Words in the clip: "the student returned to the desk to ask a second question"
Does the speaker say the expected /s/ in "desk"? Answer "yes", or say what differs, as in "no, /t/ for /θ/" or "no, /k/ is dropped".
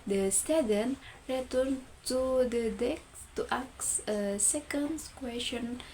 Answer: no, /s/ is dropped